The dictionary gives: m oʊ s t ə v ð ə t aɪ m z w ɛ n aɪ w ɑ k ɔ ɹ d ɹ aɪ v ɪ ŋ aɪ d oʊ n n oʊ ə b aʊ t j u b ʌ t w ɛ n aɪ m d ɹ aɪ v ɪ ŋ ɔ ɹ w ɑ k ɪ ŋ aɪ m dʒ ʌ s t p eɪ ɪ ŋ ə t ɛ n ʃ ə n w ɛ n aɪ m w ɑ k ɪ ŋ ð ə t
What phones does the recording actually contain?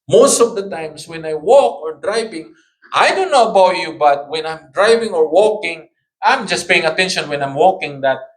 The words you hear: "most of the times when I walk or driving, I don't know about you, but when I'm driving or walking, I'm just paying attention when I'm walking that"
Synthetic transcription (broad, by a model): m oʊ s t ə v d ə t aɪ m s w ɛ n aɪ w ɑ k ɔ ɹ d ɹ aɪ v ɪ ŋ aɪ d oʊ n n oʊ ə b aʊ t j u b ʌ t w ɛ n aɪ m d ɹ aɪ v ɪ ŋ ɔ ɹ w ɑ k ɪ ŋ aɪ m dʒ ʌ s t p eɪ ɪ ŋ ə t ɛ n ʃ ə n w ɛ n aɪ m w ɑ k ɪ ŋ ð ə t